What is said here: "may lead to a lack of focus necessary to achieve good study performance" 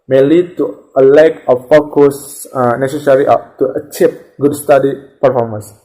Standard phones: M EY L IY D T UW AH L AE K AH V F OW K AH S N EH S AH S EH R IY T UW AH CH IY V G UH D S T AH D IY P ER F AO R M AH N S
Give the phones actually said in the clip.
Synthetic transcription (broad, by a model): M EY L IY D T UW AH L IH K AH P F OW K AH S N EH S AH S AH R IY T UW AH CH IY P G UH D S T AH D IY P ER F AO R M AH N S